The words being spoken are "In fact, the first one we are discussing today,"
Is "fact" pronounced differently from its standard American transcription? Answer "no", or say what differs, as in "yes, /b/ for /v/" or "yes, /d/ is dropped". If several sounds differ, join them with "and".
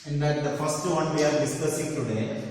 yes, /k/ is dropped